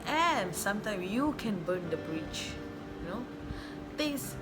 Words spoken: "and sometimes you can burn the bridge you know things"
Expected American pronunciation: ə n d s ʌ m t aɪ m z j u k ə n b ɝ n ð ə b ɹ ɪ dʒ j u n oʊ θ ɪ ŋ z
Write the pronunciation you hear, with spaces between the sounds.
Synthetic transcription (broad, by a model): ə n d s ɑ m t aɪ m s j u k ə n b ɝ n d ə b ɹ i tʃ j u n oʊ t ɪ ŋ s